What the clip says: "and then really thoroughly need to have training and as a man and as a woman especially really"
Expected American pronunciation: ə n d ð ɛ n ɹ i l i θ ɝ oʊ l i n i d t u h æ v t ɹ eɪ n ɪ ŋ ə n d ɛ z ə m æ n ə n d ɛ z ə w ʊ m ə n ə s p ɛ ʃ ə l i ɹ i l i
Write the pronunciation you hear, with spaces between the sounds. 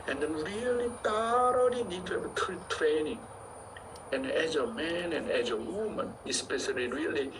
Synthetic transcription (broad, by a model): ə n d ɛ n ɹ i l i t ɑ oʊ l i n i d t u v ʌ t t ɹ eɪ n ɪ ŋ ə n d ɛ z ə m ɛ n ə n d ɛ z ə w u m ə n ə s p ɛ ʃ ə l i ɹ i l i